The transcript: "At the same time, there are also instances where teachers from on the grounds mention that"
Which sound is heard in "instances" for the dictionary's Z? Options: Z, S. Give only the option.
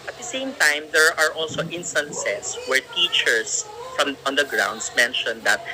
S